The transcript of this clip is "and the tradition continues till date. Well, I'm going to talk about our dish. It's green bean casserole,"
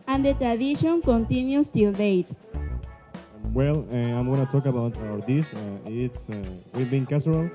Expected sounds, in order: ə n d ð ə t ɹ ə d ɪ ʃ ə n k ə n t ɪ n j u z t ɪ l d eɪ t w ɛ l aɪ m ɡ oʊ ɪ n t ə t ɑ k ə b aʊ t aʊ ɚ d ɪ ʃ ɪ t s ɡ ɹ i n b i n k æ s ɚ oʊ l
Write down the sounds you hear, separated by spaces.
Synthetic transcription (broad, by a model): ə n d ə t ɹ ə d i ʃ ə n k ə n t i n j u s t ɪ l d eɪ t w ɛ l aɪ m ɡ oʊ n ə t ɑ k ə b aʊ t aʊ ɚ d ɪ s ɪ t s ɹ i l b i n k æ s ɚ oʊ l